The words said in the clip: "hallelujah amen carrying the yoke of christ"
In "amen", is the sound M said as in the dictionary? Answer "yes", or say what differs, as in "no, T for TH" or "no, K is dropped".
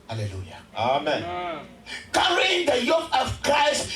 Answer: yes